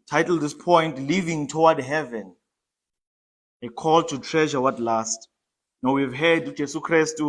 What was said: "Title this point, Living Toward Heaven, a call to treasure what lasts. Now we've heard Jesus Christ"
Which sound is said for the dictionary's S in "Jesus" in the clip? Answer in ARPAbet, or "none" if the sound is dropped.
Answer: none